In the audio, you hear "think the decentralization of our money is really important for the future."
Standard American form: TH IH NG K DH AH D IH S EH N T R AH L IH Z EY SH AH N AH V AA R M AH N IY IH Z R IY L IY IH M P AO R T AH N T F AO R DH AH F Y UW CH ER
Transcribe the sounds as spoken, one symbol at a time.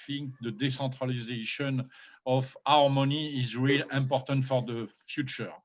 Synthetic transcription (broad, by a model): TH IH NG K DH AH D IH S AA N T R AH L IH Z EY SH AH N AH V AA R M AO N IY IH Z R IY L IY M P AO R T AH N T F AO R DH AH F Y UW CH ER